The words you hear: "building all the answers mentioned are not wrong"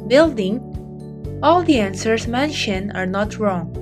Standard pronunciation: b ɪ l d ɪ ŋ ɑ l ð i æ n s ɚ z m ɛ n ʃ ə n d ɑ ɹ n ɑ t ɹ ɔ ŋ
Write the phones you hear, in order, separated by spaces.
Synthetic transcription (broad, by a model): b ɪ l d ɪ ŋ ɑ l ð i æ n s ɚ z m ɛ n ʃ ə n ɑ ɹ n ɑ t ɹ ɔ ŋ